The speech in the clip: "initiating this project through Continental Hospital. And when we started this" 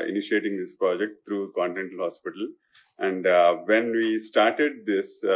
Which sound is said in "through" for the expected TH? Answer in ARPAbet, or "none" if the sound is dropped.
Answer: T